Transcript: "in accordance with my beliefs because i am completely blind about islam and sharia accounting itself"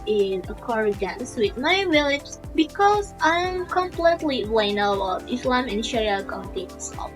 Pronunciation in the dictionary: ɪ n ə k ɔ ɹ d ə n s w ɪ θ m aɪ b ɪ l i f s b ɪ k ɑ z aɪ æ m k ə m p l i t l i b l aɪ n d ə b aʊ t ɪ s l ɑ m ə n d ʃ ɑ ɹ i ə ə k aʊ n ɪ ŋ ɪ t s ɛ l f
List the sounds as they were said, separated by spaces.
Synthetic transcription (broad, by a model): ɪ n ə k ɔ ɹ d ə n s w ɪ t m aɪ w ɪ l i s b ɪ k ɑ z aɪ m k ə m p l i t l i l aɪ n ə ɔ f ɪ s l ɑ m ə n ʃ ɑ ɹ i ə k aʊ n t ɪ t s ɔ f